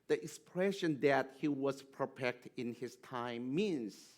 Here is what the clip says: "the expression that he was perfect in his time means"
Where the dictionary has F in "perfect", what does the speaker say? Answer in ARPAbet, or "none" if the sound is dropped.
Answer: P